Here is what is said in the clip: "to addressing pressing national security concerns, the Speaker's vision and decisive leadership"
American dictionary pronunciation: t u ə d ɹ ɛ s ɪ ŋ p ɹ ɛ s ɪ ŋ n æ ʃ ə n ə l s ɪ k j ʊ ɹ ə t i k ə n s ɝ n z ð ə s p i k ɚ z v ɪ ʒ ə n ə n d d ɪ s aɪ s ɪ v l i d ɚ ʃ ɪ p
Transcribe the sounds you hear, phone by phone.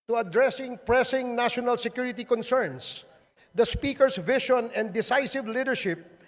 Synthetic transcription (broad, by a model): t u ə d ɹ ɛ s ɪ ŋ p ɹ ɛ s ɪ ŋ n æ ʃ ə n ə l s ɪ k j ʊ ɹ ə t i k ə n s ɝ n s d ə s p i k ɚ s v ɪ ʃ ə n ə n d d ɪ s aɪ s ɪ v l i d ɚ ʃ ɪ p